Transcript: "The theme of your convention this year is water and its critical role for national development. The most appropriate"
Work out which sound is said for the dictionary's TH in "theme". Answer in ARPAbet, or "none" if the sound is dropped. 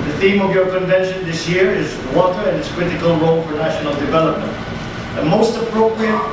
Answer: TH